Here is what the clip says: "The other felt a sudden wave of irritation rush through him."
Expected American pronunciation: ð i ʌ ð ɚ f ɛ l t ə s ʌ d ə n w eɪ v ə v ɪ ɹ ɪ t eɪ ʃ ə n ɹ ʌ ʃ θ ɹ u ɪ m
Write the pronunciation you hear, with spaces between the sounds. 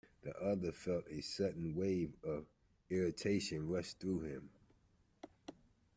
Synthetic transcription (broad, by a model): ð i ʌ ð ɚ f ɛ l t ə s ʌ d n w eɪ v ə v ɪ ɹ ɪ t eɪ ʃ ə n ɹ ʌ s θ ɹ u ɪ m